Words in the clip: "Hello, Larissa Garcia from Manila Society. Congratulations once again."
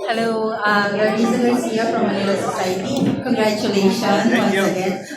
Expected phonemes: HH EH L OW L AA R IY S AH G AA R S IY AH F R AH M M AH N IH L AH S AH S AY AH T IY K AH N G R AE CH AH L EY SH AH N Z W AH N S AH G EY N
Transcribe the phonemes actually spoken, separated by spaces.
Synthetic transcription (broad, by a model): HH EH L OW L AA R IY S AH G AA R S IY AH F R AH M M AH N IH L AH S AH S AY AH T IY K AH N G R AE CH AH L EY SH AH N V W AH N AH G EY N